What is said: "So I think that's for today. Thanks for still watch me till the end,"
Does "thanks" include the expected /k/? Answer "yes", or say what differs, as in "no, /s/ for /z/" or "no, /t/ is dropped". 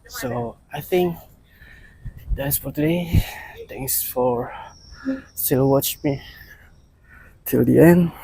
no, /k/ is dropped